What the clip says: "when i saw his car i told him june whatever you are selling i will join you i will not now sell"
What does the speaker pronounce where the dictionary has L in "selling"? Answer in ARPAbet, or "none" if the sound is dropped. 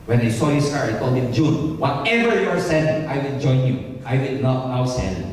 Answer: N